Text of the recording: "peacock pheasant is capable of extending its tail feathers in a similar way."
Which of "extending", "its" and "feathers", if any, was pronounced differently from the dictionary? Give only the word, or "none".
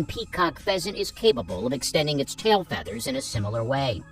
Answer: none